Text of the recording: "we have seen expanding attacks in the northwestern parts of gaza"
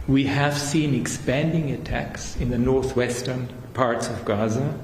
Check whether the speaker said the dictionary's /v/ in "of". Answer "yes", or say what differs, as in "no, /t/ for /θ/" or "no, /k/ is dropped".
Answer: yes